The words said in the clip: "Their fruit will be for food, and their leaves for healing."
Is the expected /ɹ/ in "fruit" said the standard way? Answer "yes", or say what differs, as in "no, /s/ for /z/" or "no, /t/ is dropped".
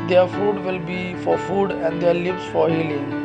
no, /ɹ/ is dropped